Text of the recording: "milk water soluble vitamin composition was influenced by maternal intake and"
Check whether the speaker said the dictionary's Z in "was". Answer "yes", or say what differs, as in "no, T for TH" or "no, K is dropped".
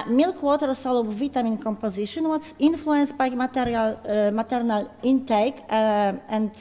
no, S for Z